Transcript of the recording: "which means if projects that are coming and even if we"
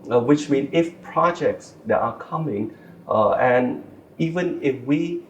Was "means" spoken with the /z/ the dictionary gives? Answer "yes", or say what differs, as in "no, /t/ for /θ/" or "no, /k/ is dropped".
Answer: no, /z/ is dropped